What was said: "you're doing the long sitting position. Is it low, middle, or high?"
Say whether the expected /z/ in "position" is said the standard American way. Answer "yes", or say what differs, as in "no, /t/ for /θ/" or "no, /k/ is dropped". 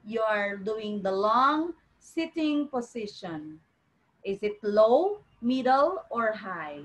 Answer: no, /s/ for /z/